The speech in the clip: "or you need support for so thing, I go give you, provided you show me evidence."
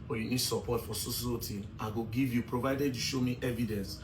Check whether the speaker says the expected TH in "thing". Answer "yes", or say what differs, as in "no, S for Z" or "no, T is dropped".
no, S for TH